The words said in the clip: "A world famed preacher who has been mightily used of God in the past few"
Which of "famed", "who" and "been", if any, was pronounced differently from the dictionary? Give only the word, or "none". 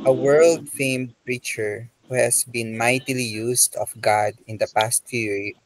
none